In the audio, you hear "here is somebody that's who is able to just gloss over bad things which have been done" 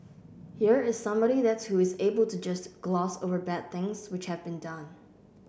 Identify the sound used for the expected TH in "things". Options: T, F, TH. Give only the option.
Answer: TH